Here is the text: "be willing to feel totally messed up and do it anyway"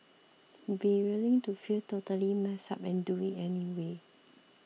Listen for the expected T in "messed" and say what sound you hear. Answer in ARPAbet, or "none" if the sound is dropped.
none